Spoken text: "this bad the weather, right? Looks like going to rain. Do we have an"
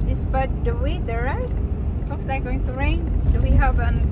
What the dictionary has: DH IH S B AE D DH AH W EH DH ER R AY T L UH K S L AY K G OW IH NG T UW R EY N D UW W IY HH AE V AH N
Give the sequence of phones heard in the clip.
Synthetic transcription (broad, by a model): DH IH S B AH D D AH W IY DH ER R AY T W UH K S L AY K G OW IH NG T UW R EY N D UW W IY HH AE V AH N